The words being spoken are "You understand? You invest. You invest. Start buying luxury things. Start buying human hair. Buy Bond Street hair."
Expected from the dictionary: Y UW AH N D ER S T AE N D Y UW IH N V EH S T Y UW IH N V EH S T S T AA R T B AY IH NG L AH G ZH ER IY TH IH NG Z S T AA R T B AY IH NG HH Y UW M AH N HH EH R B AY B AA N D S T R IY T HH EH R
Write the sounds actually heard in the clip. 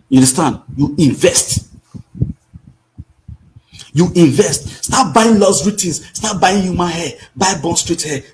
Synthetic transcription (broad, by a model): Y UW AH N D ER S T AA N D Y UW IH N V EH S T Y UW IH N V EH S T S T AA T B AY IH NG L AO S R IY T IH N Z S T AA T B AY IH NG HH Y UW M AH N HH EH B AY B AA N S T R IY T HH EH